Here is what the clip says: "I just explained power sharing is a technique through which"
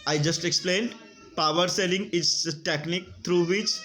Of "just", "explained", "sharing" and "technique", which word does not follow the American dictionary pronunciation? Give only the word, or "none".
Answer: sharing